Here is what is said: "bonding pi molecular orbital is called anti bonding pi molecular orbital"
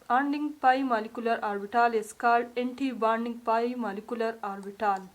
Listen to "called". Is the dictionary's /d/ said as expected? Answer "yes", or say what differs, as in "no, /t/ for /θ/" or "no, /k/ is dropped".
no, /d/ is dropped